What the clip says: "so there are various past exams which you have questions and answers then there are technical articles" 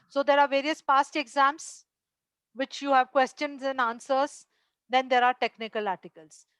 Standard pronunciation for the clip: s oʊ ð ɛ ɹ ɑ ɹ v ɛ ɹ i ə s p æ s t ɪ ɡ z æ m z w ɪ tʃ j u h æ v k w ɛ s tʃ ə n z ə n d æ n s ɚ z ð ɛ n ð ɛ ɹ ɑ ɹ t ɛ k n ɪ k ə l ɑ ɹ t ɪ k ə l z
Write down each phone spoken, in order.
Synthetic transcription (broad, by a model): s oʊ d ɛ ɹ ɑ ɹ v ɛ ɹ i ə s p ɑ s t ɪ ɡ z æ m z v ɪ tʃ j u h æ v k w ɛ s tʃ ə n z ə n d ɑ n s ɚ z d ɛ n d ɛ ɹ ɑ ɹ t ɛ k n ɪ k ə l ɑ ɹ t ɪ k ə l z